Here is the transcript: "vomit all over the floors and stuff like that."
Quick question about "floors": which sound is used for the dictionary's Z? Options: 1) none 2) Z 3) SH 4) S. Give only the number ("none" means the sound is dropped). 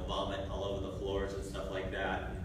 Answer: 2